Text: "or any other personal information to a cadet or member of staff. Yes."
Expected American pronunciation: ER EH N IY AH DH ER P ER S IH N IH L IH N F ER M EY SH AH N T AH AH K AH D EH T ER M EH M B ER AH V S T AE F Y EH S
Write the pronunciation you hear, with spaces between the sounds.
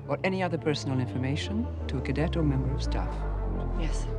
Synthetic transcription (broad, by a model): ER EH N IY AH DH ER P ER S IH N L IH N F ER M EY SH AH N T AH AH K AH D EH T ER M EH M B ER AH V S T AE F Y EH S